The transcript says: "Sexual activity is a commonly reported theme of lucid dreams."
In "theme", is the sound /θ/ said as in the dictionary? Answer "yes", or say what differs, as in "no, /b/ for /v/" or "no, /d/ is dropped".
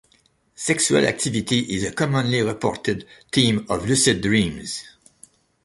no, /t/ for /θ/